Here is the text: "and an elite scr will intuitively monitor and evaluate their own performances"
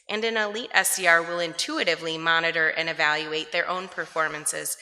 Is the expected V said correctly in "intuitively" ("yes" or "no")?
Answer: yes